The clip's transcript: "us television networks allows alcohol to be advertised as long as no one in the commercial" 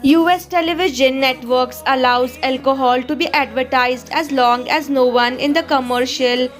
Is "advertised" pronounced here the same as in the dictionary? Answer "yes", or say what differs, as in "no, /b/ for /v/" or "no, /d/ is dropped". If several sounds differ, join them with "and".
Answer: yes